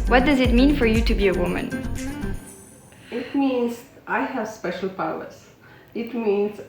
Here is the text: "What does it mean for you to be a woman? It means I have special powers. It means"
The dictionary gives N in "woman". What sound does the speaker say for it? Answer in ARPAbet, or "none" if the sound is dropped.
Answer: N